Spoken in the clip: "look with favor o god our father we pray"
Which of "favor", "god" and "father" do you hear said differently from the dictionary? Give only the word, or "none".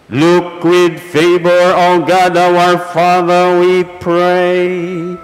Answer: favor